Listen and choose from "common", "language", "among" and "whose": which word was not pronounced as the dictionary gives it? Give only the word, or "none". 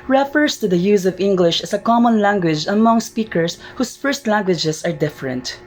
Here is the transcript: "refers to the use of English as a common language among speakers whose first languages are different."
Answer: whose